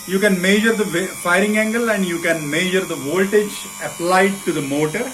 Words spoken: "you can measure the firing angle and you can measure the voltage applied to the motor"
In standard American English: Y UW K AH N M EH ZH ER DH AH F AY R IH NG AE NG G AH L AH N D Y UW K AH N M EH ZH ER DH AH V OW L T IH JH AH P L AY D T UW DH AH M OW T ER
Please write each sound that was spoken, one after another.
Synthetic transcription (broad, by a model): Y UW K AH N M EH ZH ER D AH F AY R IH NG AE NG G AH L AH N D Y UW K AH N M EH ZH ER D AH V OW L T IH JH AH P L AY D T UW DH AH M OW T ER